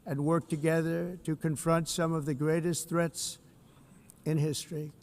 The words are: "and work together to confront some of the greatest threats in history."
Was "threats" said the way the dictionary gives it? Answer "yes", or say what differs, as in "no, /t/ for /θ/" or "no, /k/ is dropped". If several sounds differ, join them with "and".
yes